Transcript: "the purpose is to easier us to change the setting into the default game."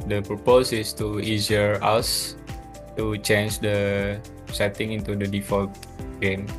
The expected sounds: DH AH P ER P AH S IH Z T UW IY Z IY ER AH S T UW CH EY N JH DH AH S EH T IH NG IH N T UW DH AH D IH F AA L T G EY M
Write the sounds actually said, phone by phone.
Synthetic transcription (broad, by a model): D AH P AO P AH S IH S T UW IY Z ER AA S T UW CH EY N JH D AH S EH T IH NG IH N T UW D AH D IH F AA L T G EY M